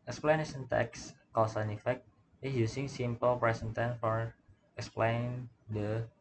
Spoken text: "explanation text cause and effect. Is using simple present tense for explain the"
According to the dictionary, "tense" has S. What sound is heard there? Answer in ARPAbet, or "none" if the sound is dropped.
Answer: none